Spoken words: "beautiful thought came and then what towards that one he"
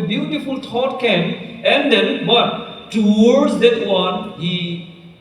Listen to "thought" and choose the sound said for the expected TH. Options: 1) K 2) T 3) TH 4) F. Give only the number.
2